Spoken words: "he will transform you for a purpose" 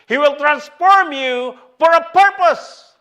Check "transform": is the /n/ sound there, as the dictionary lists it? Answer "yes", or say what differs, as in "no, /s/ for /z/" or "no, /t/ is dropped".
yes